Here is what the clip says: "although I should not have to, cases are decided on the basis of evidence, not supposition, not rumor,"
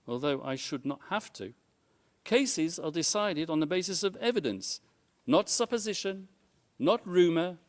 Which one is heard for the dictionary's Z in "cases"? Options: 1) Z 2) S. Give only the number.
1